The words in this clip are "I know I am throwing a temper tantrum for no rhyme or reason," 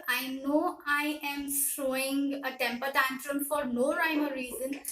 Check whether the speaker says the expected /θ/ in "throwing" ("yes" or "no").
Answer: no